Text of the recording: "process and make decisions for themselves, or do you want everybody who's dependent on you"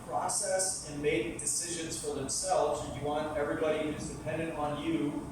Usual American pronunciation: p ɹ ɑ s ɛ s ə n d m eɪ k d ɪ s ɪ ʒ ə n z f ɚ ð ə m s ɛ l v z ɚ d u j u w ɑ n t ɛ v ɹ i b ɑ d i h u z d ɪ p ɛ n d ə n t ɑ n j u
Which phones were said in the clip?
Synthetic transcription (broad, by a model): p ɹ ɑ s ɛ s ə n m eɪ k d ɪ s ɪ ʒ ə n z f ɚ ð ə m s ɛ l v z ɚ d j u w ɑ n t ɛ v ɹ i b ɑ d i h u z d ɪ p ɛ n d ə n t n j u